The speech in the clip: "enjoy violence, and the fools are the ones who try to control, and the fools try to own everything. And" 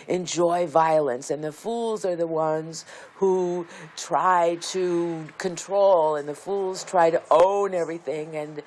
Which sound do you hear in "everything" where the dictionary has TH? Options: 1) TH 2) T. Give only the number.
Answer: 1